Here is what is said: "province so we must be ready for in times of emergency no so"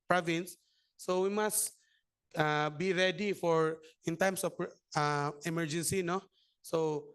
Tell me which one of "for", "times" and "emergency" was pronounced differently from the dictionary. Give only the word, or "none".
times